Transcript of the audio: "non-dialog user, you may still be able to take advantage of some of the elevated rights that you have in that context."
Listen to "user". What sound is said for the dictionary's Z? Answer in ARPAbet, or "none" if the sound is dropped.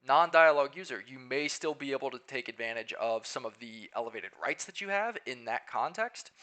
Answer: Z